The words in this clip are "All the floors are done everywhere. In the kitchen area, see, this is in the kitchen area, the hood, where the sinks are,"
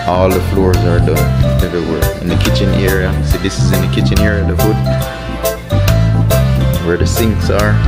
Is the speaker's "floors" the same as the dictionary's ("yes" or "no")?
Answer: yes